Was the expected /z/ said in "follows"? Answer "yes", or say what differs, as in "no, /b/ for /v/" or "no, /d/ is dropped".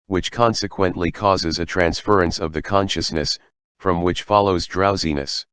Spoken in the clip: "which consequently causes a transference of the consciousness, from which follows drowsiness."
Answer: yes